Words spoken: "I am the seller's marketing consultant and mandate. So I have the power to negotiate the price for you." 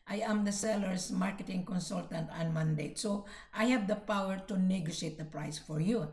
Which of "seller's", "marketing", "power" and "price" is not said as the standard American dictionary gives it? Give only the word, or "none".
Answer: seller's